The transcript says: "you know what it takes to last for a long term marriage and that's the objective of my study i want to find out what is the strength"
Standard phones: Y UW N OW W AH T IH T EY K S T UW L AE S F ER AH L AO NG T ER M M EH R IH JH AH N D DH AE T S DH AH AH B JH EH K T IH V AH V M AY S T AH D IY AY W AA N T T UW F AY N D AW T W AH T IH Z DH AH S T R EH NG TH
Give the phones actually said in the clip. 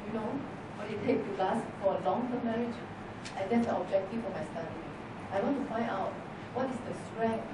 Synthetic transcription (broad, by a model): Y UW N OW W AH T IH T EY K T UW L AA S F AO AH L AO NG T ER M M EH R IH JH AH N D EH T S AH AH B JH EH K T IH F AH M AY S T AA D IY AY W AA N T T UW F AY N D AW T W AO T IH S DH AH S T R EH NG